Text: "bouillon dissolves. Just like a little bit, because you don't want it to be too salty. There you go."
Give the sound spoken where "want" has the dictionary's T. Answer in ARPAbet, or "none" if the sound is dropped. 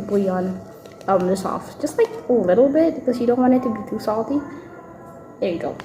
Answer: none